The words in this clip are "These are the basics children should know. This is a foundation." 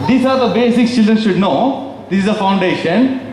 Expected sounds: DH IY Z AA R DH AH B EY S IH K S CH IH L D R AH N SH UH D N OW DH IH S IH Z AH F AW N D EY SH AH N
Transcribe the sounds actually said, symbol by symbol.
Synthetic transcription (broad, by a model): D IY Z AA R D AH B EY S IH K CH IH L D R AH N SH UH D N OW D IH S IH Z AH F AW N D EY SH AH N